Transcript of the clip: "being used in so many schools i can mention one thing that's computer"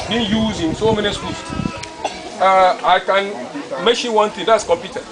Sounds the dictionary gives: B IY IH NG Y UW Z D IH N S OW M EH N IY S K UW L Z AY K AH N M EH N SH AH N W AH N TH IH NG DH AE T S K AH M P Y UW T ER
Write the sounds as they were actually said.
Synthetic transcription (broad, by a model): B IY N Y UW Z IH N S OW M EH N IY S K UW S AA AY K AH N M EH SH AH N W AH N T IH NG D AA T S K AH M P Y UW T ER